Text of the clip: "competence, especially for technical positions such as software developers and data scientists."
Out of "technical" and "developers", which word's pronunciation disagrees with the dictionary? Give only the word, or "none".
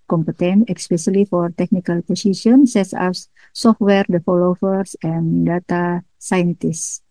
developers